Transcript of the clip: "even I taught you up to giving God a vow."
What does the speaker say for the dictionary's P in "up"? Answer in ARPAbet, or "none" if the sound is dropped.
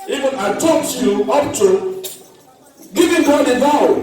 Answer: F